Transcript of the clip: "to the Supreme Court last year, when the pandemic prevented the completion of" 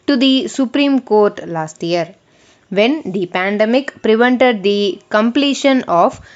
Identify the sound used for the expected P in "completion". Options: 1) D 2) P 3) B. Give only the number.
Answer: 2